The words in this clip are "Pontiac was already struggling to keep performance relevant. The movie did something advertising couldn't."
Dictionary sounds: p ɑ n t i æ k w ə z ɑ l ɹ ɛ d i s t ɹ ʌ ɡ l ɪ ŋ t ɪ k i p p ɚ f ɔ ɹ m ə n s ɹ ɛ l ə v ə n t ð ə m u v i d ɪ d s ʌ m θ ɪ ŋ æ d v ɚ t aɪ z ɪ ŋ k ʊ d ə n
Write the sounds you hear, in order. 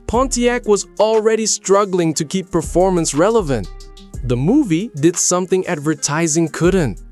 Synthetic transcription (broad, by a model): p ɑ n t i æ k w ə z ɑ l ɹ ɛ d i s t ɹ ʌ ɡ l ɪ ŋ t ɪ k i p p ɚ f ɔ ɹ m ə n s ɹ ɛ l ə v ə n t ð ə m u v i d ɪ d s ʌ m θ ɪ ŋ æ d v ɚ t aɪ z ɪ ŋ k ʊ d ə n